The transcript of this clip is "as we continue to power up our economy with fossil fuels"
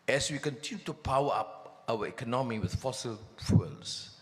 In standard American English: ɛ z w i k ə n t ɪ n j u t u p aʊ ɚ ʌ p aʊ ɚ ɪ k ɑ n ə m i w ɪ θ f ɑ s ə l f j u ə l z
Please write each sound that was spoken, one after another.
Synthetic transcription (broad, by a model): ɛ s w i k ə n t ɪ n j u t u p aʊ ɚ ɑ p aʊ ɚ ɪ k ɑ n ə m i w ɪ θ f ɑ s ə l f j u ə l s